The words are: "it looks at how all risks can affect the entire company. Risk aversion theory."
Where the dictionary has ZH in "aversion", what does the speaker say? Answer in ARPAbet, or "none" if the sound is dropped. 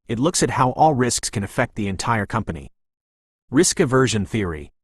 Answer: ZH